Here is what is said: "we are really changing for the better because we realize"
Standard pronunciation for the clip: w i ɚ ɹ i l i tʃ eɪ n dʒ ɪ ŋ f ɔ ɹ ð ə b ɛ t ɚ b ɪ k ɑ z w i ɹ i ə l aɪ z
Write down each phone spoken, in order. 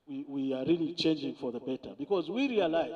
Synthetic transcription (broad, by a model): w i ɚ ɹ i l i tʃ eɪ n dʒ ɪ ŋ f ɔ ɹ ð ə b ɛ t ɚ b ɪ k ɑ z w i ɹ i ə l aɪ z